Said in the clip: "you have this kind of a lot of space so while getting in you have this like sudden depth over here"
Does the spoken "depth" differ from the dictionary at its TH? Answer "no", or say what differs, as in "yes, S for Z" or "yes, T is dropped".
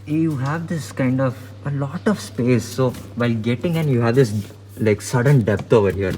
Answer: yes, T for TH